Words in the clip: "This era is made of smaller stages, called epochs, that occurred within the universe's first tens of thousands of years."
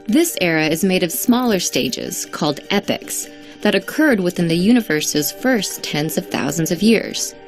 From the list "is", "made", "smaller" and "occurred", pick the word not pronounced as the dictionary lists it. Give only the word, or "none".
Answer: none